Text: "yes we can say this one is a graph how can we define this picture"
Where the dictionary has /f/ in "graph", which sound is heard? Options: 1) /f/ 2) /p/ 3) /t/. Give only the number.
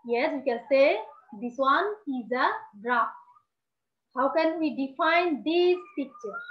2